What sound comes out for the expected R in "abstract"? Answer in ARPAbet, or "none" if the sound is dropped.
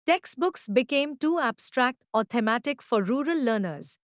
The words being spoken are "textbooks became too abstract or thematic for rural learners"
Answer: R